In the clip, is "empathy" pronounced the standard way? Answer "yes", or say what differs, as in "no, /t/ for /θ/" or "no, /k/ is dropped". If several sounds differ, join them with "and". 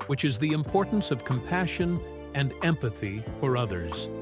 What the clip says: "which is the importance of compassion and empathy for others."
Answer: yes